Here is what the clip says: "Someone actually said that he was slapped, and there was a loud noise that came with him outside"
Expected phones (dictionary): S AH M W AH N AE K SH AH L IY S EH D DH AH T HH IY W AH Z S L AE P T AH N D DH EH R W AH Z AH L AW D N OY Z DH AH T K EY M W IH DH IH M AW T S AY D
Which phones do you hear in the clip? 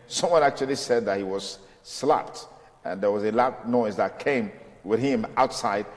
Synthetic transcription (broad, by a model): S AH M W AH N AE K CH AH L IY S EH D DH AH T HH IY W AH Z S L AE P T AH N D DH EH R W AH Z AH L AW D N OY Z DH AH T K EY M W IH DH IH M AW T S AY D